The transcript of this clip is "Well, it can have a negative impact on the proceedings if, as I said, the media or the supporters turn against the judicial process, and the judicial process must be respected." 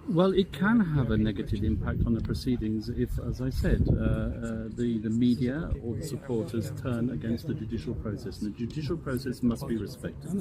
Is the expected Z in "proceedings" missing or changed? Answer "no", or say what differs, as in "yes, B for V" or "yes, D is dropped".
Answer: no